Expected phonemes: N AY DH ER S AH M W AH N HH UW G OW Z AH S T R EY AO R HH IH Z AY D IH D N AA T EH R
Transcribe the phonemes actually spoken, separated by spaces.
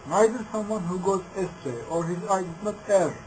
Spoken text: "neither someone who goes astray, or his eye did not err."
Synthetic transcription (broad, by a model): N AY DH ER S AH M W AH N HH UW G OW Z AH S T EY AO R HH IH Z AY D IH D N AA T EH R